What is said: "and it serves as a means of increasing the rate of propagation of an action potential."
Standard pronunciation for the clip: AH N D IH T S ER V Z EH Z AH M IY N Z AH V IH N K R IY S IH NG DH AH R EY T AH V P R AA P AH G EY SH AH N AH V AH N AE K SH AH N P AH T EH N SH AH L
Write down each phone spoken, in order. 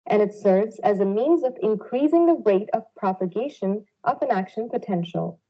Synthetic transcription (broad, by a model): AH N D IH T S ER V Z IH Z AH M IY N Z AH V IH N K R IY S IH NG DH AH R EY T AH V P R AA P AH G EY SH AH N AH V AH N AE K SH AH N P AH T EH N SH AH L